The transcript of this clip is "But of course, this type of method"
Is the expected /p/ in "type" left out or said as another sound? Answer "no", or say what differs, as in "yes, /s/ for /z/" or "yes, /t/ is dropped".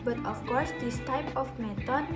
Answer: no